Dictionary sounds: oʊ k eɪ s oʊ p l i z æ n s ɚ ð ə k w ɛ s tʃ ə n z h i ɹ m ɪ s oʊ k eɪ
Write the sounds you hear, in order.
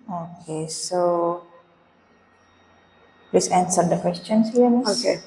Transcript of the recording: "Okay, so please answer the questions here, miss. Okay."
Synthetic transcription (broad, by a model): oʊ k eɪ s oʊ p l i s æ n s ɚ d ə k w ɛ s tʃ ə n s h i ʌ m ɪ oʊ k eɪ